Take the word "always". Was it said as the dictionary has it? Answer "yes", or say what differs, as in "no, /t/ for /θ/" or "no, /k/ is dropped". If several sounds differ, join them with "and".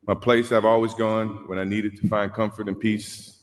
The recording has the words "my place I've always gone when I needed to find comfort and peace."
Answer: yes